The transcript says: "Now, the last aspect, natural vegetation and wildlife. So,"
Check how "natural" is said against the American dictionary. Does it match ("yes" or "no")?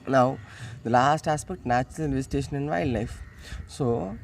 no